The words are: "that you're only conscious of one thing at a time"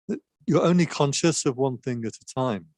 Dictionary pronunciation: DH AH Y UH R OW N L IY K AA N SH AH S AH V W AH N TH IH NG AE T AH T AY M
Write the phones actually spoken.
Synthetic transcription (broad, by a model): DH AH Y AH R OW N L IY K AA N SH AH S AH V W AH N TH IH NG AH T AH T AY M